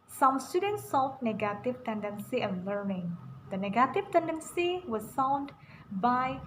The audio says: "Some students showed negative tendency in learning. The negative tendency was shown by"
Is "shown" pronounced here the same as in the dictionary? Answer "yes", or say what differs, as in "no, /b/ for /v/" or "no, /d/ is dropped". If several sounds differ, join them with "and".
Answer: no, /s/ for /ʃ/